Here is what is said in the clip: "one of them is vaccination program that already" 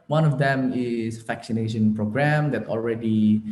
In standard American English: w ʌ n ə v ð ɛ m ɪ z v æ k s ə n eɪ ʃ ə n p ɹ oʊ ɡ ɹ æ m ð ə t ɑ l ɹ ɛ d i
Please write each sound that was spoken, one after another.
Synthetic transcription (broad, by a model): w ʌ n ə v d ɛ m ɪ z f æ k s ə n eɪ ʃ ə n p ɹ oʊ ɡ ɹ æ m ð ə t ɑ l ɹ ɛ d i